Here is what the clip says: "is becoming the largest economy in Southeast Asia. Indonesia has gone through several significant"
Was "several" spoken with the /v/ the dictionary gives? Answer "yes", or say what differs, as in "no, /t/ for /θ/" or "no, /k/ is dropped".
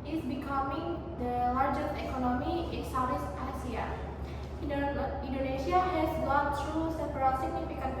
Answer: no, /p/ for /v/